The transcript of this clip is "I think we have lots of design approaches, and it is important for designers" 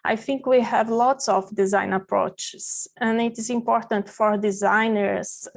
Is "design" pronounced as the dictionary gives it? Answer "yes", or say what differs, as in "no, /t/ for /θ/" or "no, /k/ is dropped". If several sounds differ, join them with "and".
yes